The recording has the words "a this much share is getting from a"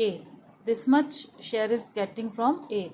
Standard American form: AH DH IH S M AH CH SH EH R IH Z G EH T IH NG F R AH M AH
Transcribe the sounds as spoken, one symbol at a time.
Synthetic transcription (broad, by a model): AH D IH S M AH CH SH EH R IH Z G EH T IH NG F R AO M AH